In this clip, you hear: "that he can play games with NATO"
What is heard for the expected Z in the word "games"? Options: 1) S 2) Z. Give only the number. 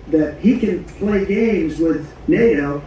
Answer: 2